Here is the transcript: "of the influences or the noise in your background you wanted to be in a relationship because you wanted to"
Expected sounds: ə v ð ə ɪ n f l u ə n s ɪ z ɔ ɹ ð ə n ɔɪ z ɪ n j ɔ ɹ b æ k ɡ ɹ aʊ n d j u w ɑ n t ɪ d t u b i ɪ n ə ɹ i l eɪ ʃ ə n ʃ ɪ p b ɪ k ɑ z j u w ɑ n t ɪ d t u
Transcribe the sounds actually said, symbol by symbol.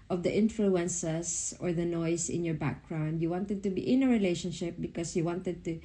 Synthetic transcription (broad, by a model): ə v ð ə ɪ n f l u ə n s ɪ s ɔ ɹ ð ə n ɔɪ s ɪ n j ɔ ɹ b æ k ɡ ɹ aʊ n d j u w ɑ n t ɪ d t u b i ɪ n ə ɹ i l eɪ ʃ ə n ʃ ɪ p b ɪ k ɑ s j u w ɑ n t ɪ d t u